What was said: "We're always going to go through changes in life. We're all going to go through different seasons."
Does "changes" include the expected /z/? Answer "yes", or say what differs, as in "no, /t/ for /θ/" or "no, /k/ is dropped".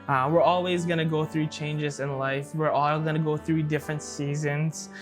yes